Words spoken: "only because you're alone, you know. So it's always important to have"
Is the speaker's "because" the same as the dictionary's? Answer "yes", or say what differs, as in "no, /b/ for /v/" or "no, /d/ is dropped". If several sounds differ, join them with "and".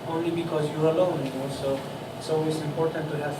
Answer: yes